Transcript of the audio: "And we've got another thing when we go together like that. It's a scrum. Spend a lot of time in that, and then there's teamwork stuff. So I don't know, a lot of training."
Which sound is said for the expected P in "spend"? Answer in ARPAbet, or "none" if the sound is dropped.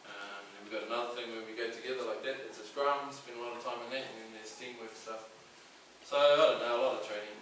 B